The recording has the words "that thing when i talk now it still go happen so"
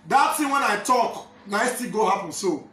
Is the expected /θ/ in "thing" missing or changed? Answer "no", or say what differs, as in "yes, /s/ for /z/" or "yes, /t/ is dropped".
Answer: yes, /s/ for /θ/